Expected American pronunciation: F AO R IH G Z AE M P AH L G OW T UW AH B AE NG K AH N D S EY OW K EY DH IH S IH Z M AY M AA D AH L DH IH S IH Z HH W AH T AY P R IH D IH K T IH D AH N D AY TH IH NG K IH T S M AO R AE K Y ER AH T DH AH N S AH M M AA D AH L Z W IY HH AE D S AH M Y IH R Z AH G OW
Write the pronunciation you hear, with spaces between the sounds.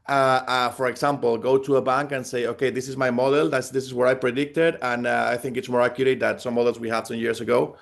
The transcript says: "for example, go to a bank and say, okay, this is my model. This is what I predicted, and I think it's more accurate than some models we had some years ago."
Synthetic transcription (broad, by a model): F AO R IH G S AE M P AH L G OW T UW AH B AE NG K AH N S EY OW K EY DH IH S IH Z M AY M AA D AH L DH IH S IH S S W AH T AY P R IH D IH K T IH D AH N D AY TH IH NG K IH T S M AO R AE K Y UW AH T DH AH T S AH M M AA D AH L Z W IY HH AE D S AH M Y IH R S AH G OW